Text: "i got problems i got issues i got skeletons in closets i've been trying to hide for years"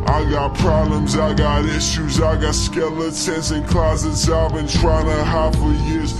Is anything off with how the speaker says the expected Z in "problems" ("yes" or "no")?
no